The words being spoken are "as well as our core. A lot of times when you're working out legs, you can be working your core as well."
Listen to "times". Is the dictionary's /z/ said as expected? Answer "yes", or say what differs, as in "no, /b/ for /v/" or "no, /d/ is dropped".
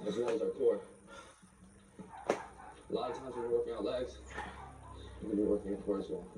yes